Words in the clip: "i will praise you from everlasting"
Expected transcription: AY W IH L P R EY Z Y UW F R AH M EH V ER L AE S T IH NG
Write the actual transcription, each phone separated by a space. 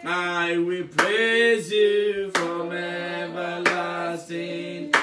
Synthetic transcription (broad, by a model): AY W IH L P R EY Z Y UW F R AH M EH V ER L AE S T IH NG